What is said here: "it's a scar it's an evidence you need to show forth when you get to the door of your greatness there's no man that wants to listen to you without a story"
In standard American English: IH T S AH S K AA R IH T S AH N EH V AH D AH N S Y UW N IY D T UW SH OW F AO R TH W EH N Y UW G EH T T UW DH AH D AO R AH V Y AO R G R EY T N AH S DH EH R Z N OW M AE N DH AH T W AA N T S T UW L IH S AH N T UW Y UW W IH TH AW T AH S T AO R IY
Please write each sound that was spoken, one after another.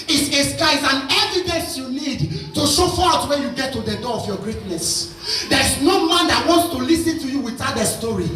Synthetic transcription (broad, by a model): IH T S AH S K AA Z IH N EH V AH D AH N S Y UW N IY D T UW SH OW F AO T W EH N Y UW G EH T T UW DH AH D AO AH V Y AO G R EY T N AH S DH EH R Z N OW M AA N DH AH T W AA N T S T UW L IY S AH N T UW Y UW W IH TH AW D AH S T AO R IY